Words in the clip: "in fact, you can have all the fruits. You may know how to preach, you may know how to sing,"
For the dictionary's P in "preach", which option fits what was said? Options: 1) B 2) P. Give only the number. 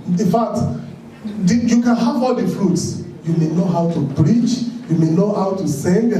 1